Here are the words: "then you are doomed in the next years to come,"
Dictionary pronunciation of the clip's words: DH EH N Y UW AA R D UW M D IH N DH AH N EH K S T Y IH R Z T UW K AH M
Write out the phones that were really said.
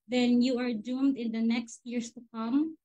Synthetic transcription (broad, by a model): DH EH N Y UW AA R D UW M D IH N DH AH N EH K S T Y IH R S T UW K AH M